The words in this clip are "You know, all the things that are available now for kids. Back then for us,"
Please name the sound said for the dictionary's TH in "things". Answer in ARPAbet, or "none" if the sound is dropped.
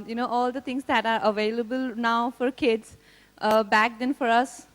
T